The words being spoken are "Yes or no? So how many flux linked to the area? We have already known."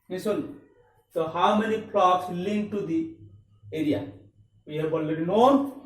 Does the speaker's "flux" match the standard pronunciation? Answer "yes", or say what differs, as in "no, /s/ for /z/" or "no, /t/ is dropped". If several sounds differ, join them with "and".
no, /p/ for /f/